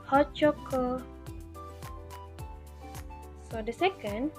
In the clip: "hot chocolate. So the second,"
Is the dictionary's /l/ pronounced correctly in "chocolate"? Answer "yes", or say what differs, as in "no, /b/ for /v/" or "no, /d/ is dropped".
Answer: no, /l/ is dropped